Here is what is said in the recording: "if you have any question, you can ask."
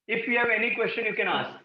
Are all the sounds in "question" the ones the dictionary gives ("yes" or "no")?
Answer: yes